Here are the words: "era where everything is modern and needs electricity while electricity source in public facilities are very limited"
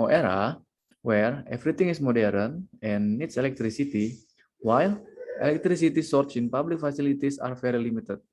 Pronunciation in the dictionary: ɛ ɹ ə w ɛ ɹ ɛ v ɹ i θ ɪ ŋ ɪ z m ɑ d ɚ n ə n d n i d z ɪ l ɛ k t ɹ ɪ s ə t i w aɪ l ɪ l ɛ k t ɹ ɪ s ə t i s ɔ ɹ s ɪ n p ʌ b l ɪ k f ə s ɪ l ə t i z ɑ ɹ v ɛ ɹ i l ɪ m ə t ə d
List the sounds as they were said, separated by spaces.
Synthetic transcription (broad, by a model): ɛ ɹ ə w ɛ ɹ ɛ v ɹ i t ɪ ŋ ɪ s m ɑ d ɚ ə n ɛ n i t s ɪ l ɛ k t ɹ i s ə t i w aɪ l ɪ l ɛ k t ɹ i s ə t i s ɔ ɹ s ɪ n p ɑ b l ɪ k f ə s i l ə t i s ɑ ɹ f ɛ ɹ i l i m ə t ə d